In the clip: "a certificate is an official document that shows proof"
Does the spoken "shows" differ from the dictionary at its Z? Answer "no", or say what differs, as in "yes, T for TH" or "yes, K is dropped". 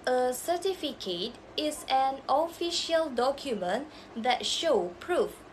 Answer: yes, Z is dropped